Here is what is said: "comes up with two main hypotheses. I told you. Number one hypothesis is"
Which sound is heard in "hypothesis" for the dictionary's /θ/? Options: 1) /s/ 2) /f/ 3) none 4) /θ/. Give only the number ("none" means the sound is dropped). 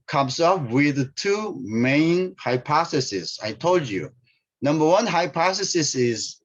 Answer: 1